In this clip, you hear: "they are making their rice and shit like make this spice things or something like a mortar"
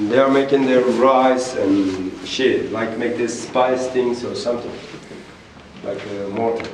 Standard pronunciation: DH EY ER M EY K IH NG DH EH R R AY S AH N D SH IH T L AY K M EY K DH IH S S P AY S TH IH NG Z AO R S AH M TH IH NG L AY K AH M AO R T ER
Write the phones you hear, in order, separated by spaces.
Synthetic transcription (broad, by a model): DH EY ER M EY K IH NG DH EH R R AY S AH N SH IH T L AY K M EY K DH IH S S P AY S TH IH NG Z AO R S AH M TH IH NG L AY K AH M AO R